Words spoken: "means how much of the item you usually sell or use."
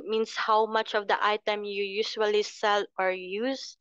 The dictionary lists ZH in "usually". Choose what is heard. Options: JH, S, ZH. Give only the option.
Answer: S